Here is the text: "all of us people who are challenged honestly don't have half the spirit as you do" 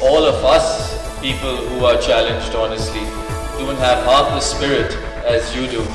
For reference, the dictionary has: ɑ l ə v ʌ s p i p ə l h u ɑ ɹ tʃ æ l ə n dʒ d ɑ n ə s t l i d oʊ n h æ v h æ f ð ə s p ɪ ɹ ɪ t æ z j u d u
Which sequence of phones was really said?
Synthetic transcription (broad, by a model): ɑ l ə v ʌ s p i p ə l h u ɑ ɹ tʃ æ l ə n dʒ d ɑ n ə s t l i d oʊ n h æ v h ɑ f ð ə s p ɪ ɹ ɪ t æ z j u d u